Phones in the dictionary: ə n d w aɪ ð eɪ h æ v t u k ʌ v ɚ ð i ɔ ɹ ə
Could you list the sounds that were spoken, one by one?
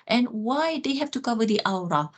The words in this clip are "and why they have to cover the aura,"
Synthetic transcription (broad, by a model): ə n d w aɪ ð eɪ h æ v t u k ʌ v ɚ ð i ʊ ɹ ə